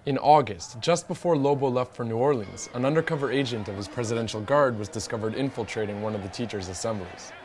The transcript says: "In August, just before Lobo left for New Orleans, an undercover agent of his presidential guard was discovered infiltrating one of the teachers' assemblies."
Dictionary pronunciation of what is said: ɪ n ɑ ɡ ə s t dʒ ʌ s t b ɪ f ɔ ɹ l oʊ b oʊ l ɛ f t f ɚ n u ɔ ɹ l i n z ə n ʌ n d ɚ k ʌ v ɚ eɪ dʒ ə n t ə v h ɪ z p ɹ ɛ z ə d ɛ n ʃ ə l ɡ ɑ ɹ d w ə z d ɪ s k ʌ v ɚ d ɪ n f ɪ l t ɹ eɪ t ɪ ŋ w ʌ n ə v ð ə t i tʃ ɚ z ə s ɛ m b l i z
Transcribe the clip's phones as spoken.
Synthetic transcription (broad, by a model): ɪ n ɑ ɡ ə s t dʒ ʌ s t b ɪ f ɔ ɹ l oʊ b oʊ l ɛ f t f ɚ n u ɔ ɹ l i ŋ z ə n ʌ n d ɚ k ʌ v ɚ eɪ dʒ ə n t ə v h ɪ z p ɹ ɛ z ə d ɛ n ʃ l ɡ ɑ ɹ d w ə z d ɪ s k ʌ v ɚ d ɪ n f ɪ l t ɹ eɪ t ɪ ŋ w ʌ n ə v ð ə t i tʃ ɚ z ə s ɛ m b l i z